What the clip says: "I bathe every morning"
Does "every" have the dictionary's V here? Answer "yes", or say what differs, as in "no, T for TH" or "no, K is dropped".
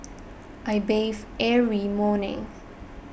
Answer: no, V is dropped